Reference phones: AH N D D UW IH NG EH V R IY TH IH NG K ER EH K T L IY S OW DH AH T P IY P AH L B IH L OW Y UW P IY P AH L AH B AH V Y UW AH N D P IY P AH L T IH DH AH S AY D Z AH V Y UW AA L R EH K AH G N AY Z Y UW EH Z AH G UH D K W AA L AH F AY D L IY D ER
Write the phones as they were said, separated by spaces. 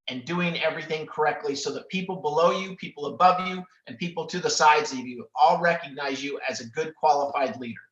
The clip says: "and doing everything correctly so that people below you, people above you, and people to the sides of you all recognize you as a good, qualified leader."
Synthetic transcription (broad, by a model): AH N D D UW IH NG EH V R IY TH IH NG K ER EH K T L IY S OW DH AH T P IY P L B IH L OW Y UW P IY P L AH B AH V Y UW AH N P IY P L T IH DH AH S AY D Z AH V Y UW AA L R EH K AH G N AY Z Y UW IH Z AH G UH D K W AA L AH F AY D L IY D ER